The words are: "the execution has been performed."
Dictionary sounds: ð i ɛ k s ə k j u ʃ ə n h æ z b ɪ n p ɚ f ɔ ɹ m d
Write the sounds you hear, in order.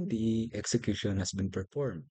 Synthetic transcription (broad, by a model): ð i ɛ k s ə k j u ʃ ə n h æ s b ɪ n p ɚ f ɔ ɹ m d